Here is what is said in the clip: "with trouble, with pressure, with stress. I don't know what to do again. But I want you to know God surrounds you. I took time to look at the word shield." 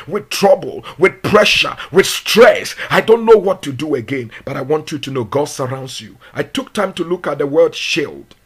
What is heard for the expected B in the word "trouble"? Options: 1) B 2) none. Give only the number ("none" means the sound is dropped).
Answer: 1